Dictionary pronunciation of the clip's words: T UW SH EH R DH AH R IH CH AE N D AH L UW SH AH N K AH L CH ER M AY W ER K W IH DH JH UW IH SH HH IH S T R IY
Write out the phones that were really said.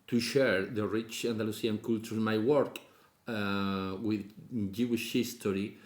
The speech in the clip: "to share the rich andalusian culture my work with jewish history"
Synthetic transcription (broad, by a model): T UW SH EH R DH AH R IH CH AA N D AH L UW S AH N K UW L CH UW M AY W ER K W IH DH JH UW IH SH HH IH S T R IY